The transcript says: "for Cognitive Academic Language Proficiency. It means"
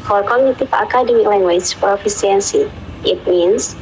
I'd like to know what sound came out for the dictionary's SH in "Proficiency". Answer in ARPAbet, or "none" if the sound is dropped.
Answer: S